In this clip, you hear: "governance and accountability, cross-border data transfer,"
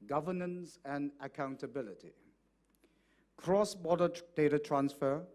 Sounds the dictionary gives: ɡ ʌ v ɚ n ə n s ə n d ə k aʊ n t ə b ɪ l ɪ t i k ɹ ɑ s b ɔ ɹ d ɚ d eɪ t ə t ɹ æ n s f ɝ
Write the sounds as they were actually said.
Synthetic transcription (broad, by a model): ɡ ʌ v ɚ n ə n s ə n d ə k aʊ n t ə b ɪ l ɪ t i k ɹ ɑ s b ɔ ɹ d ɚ d eɪ t ə t ɹ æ n s f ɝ